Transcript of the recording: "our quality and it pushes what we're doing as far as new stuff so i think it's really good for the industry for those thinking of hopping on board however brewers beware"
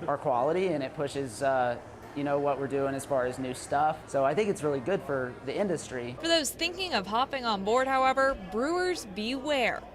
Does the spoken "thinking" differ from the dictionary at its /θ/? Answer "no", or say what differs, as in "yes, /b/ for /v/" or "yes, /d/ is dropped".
no